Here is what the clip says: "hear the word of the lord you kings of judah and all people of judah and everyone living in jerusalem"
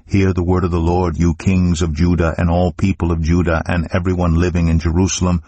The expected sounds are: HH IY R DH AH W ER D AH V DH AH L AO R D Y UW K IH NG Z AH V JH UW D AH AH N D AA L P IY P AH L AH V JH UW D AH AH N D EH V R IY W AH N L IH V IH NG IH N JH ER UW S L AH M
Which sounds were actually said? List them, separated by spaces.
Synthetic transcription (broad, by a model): HH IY R DH AH W ER D AH V DH AH L AO R D Y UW K IH NG Z AH V JH UW D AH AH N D AA L P IY P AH L AH V JH UW D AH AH N EH V R IY W AH N L IH V IH NG IH N JH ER UW S L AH M